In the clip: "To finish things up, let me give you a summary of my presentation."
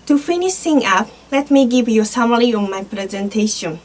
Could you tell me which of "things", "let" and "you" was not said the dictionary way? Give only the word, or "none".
things